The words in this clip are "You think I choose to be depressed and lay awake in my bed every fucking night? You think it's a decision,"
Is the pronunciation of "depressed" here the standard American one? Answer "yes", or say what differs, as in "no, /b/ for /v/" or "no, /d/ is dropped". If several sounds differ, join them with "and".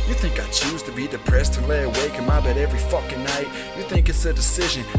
yes